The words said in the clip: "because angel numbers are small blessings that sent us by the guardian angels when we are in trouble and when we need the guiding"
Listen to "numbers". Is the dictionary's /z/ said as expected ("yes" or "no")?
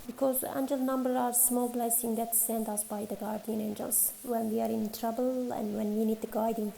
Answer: no